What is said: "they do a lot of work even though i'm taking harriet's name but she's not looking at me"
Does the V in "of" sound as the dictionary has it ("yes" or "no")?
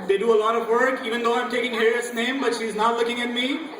yes